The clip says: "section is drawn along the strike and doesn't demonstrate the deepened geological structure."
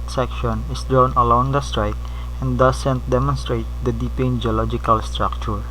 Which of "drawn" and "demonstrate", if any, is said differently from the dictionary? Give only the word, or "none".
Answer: none